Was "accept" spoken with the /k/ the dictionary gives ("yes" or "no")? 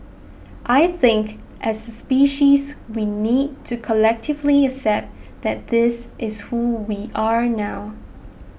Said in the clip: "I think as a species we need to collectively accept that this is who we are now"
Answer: no